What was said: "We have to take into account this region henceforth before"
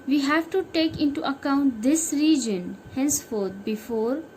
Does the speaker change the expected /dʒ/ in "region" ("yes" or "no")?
no